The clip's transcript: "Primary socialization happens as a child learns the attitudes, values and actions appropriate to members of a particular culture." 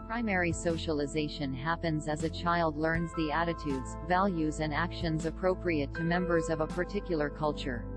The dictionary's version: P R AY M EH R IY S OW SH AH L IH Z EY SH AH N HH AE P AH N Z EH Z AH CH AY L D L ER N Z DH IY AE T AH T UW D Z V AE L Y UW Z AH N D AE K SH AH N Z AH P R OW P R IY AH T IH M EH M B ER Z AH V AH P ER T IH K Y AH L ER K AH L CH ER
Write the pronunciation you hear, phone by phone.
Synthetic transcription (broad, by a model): P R AY M EH R IY S OW SH AH L IH Z EY SH AH N HH AE P AH N Z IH Z AH CH AY L D L ER N Z DH IY AE T AH T UW D Z V AE L Y UW Z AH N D AE K SH AH N Z AH P R OW P R IY AH T IH M EH M B ER Z AH V AH P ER T IH K Y L ER K AH L CH ER